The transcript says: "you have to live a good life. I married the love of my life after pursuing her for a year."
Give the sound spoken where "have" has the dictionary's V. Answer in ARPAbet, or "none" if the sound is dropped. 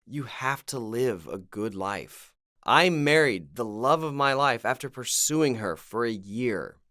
F